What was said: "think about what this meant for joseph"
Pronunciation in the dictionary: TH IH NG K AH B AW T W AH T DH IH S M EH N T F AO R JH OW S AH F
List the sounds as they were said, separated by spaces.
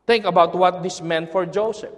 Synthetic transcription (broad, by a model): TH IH NG K AH B AW T W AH T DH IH S M EH N T F AO R JH OW S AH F